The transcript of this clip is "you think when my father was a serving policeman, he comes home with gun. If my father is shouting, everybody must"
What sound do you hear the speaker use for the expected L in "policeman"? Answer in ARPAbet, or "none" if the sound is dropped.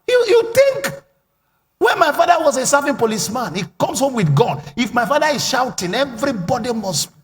L